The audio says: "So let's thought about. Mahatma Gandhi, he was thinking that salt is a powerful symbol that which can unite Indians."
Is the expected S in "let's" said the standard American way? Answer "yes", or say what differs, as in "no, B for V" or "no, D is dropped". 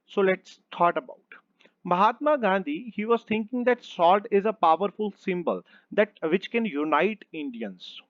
yes